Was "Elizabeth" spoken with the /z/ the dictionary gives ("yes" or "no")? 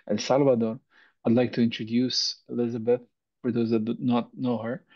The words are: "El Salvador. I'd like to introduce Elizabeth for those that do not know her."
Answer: yes